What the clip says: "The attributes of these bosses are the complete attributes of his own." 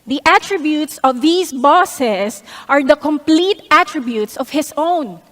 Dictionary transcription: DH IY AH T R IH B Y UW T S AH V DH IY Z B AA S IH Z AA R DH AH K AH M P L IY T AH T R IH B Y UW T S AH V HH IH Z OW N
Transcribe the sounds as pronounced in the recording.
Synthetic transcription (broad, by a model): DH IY AH T R IH B Y UW T S AH V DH IY S B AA S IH S AA R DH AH K AH M P L IY T AH T R IH B Y UW T S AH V HH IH S OW N